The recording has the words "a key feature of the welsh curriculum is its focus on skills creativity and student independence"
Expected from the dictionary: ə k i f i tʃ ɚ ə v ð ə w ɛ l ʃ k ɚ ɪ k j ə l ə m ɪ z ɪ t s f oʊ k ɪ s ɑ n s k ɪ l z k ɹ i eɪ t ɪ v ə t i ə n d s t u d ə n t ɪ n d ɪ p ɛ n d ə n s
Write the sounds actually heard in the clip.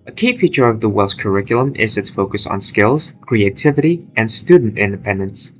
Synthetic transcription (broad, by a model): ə k i f i tʃ ɚ ə v ð ə w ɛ l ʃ k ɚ ɪ k j l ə m ɪ z ɪ t s f oʊ k ɪ s n s k ɪ l z k ɹ i eɪ t ɪ v ə t i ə n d s t u d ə n t ɪ n d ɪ p ɛ n d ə n s